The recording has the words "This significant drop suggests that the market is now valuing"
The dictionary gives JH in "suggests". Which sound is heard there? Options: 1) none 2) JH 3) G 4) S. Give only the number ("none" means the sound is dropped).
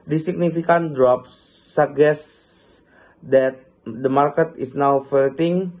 1